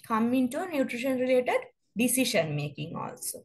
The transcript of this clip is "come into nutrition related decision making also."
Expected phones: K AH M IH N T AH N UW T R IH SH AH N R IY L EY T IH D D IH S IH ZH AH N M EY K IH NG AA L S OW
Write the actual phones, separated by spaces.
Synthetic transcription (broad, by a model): K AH M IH N T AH N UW T R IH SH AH N R IY L EY T IH D D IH S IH SH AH N M EY K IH NG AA L S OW